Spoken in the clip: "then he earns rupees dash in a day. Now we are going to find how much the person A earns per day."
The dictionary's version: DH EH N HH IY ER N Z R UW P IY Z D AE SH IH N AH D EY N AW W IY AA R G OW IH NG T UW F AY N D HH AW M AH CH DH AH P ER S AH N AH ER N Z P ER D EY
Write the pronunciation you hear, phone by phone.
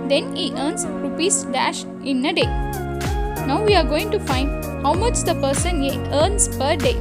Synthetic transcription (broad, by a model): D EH N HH IY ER N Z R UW P IY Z D AE SH IH N AH D EY N AW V IY AA R G OW IH NG T UW F AY N D HH AW M AH CH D AH P ER S AH N AH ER N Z P ER D EY